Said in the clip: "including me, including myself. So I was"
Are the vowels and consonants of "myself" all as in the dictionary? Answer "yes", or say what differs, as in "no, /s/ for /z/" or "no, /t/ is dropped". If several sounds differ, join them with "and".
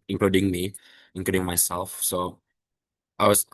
yes